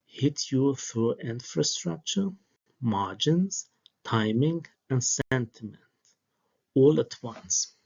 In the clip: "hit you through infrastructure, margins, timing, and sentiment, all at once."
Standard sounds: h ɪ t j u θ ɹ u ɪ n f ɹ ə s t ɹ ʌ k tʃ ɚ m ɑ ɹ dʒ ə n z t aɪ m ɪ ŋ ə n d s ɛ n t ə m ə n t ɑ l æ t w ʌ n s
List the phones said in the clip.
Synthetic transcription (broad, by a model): h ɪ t j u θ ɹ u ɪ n f ɹ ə s t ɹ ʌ k tʃ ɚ m ɑ ɹ dʒ ə n z t aɪ m ɪ ŋ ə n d s ɛ n t ə m ə n t ɑ l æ t w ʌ n s